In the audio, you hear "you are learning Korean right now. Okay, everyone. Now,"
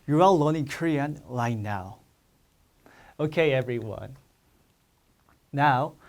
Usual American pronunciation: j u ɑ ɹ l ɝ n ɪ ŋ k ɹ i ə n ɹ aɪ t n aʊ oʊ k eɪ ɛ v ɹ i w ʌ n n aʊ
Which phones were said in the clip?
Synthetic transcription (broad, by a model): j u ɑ l l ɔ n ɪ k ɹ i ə n l aɪ n aʊ oʊ k eɪ ɛ v ɹ i w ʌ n n aʊ